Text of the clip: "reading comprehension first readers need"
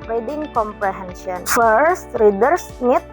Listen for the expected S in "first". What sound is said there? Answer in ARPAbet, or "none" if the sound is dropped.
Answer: S